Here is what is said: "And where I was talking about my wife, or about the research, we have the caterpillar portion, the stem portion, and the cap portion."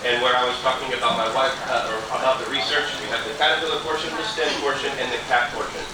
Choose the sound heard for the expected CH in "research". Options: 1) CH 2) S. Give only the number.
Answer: 1